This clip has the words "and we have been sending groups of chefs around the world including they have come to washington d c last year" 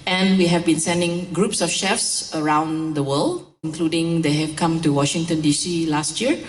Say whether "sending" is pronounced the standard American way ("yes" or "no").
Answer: yes